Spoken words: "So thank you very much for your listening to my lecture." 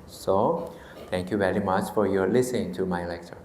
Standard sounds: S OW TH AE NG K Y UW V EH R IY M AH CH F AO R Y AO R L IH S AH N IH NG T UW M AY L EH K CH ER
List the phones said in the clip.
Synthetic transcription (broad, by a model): S OW T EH NG K Y UW V EH R IY M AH CH F AO R Y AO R L IH S AH N IH NG T UW M AY L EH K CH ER